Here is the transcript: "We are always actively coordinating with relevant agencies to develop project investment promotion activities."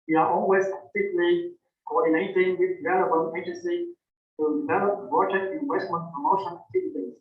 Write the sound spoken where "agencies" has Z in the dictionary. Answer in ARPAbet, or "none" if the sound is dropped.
none